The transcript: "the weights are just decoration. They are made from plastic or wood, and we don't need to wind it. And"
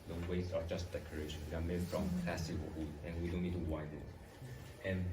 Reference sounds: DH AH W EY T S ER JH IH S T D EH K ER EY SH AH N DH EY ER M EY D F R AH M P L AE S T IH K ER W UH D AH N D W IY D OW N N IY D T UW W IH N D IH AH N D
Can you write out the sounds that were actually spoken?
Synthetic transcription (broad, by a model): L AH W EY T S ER JH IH S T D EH K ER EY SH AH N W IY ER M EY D F R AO M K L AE S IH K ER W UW AH N W IY D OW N N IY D T UW W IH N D IH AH N